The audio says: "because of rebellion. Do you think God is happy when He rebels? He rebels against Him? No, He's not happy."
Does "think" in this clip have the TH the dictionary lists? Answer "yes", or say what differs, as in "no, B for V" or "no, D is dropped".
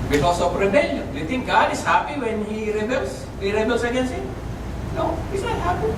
no, T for TH